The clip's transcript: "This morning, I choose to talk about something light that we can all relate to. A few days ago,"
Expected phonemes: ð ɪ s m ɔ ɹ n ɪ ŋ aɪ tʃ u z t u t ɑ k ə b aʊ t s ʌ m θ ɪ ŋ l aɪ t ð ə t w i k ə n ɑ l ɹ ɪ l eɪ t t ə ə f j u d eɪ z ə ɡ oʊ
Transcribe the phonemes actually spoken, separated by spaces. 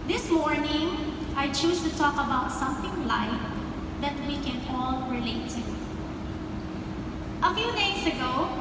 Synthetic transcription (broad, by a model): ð ɪ s m ɔ ɹ n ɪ ŋ aɪ tʃ u s t u t ɑ k ə b aʊ t s ʌ m θ ɪ ŋ l aɪ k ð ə t w i k ə n ɑ l ɹ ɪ l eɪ t t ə ə f j u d eɪ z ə ɡ oʊ